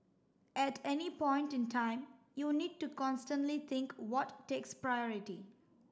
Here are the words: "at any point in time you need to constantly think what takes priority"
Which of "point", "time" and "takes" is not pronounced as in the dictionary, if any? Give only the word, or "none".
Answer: none